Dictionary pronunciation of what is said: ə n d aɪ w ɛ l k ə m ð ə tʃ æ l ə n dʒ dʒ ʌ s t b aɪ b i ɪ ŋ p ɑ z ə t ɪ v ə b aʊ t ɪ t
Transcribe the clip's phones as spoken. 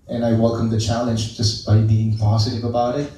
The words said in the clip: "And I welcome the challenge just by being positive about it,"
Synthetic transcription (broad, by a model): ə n aɪ w ɛ l k ə m ð ə tʃ æ l ə n dʒ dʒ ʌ s b aɪ b i ɪ ŋ p ɑ z ə t ɪ v ə b aʊ t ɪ t